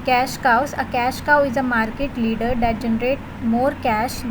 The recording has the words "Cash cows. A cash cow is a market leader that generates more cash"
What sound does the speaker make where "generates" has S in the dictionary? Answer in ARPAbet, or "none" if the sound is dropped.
none